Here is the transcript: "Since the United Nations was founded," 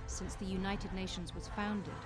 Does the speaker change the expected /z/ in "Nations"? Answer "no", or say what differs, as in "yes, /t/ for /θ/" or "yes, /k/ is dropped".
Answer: no